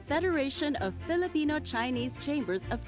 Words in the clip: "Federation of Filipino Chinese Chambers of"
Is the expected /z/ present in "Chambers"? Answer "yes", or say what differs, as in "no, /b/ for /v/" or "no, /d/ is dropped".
yes